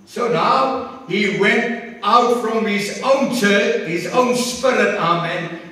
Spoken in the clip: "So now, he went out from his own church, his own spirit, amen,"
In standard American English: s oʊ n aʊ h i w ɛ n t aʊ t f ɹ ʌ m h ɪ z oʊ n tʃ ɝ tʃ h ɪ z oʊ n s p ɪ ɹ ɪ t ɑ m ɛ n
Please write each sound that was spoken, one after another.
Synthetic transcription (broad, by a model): s oʊ n aʊ h i w ɛ n t aʊ t f ɹ ʌ m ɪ z oʊ n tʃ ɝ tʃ h ɪ z oʊ n s p ɪ ɹ ɪ t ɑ m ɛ n